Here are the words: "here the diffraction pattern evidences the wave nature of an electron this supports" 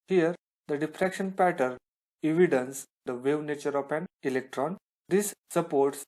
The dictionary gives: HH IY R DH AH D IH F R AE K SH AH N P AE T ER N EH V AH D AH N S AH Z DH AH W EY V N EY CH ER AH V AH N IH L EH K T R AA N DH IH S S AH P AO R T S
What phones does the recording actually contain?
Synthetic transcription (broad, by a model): HH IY R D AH D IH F R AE K SH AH N P AE T ER N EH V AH D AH N S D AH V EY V N EY CH ER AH P AH N IH L EH K T R AA N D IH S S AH P AO R T S